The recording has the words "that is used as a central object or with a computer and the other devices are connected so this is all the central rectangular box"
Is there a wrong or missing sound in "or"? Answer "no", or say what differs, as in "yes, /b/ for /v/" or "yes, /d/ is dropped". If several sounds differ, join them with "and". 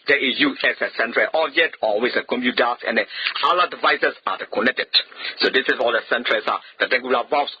yes, /l/ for /ɹ/